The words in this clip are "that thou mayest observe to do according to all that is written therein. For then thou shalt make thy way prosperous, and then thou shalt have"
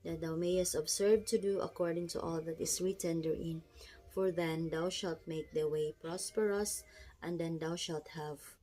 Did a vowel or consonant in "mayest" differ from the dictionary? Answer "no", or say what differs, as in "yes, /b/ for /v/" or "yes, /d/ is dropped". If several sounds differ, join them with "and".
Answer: no